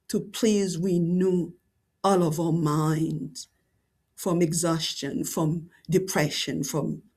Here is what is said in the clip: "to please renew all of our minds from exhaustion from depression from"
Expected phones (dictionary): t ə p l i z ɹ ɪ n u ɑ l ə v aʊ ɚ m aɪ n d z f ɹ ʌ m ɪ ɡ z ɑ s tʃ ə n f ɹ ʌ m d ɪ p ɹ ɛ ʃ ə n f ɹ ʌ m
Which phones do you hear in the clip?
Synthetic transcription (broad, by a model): t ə p l i z w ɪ n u ɑ l ə v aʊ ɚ m aɪ n d z f ɹ ʌ m ɪ ɡ z ɑ s tʃ ə n f ɹ ʌ m d ɪ p ɹ ɛ ʃ ə n f ɹ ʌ m